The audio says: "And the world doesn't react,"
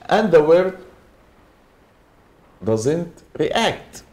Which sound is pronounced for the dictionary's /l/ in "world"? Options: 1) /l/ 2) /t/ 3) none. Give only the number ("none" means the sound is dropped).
3